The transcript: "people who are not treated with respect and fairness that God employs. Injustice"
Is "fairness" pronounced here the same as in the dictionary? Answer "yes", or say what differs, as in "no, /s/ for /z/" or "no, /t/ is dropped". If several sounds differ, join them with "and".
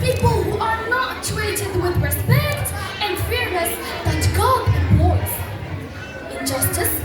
no, /n/ is dropped